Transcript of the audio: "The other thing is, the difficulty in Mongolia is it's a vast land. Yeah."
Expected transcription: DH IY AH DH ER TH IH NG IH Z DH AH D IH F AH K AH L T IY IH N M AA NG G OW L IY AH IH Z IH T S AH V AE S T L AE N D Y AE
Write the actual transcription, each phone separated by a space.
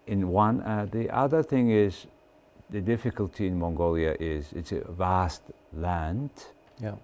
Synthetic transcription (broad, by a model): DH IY AH DH ER TH IH NG IH Z DH AH D IH F AH K AH L T IY IH N M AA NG G OW L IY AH IH Z IH T S AH V AE S T L AE N D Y